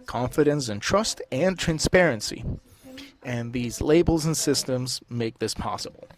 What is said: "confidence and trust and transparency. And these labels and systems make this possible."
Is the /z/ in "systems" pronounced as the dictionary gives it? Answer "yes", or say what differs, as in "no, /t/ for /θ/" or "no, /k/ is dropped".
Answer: yes